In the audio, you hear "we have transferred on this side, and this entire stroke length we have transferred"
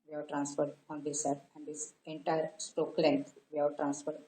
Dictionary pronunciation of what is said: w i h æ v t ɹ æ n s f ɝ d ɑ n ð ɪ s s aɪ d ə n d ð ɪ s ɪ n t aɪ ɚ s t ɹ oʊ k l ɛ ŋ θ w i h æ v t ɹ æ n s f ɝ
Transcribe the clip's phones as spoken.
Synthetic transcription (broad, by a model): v i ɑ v t ɹ æ n s f ɝ d ɑ n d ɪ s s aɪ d ə n d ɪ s ɪ n t aɪ ɚ s t oʊ k l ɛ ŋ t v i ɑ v t ɹ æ n s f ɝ